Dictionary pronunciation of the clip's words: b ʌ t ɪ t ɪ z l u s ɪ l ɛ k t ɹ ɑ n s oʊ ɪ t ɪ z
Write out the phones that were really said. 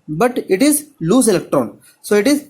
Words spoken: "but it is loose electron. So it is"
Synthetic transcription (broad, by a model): b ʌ t ɪ t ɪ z l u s ɪ l ɛ k t ɹ ɑ n s oʊ ɪ t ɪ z